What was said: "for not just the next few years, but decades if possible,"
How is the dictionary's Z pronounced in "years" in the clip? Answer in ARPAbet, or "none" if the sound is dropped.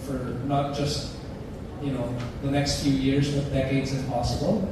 Z